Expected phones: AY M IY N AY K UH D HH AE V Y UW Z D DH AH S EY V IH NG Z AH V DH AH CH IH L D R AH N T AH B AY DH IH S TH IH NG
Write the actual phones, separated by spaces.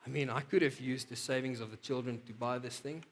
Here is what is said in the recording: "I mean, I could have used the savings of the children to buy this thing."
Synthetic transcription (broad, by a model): AY M IY N AY K UH D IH V Y UW Z D DH AH S EY V IH NG Z AH V DH AH CH IH L D R AH N T AH B AY DH IH S TH IH NG